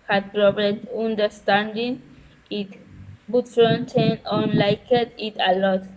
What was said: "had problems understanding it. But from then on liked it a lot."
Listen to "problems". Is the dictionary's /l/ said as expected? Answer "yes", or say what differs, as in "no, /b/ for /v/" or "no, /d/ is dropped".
no, /l/ is dropped